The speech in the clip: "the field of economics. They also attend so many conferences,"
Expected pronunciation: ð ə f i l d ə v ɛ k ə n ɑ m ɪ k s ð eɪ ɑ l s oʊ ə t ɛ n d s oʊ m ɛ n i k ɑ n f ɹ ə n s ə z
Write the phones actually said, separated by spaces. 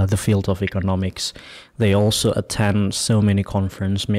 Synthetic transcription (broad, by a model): ð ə f i l d ə v ɛ k ə n ɑ m ɪ k s ð eɪ ɑ l s oʊ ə t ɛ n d s oʊ m ɛ n i k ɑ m f ɹ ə n s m